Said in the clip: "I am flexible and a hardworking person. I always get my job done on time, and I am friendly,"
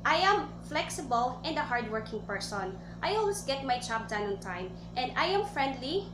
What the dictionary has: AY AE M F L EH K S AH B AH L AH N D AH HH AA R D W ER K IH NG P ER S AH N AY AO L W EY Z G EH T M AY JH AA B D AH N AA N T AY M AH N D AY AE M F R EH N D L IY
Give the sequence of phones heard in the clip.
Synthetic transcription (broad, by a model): AY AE M F L EH K S AH B AH L AH N D AH HH AA R D W ER K IH NG P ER S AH N AY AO L W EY S G EH T M AY CH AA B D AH N AA N T AY M AH N D AY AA M F R EH N D L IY